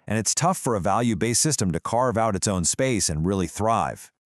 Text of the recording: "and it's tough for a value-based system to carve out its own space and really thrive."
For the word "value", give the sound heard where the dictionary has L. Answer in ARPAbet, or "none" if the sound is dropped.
L